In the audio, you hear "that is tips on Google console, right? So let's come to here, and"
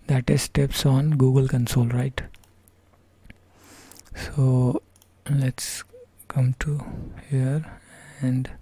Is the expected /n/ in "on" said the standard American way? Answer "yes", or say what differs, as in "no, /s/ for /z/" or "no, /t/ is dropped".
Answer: yes